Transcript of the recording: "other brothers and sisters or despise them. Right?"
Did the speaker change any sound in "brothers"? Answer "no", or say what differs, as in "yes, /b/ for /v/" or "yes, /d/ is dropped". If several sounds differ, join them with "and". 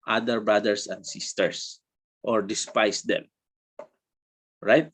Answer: yes, /s/ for /z/